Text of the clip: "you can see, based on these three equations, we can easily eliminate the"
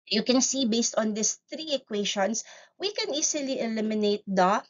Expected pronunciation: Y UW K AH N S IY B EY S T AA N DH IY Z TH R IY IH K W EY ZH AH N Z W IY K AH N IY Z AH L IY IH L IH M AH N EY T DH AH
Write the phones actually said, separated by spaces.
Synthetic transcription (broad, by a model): Y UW K AH N S IY B EY S T AA N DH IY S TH R IY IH K W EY SH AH N S W IY K AH N IY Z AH L IY IH L IH M AH N EY T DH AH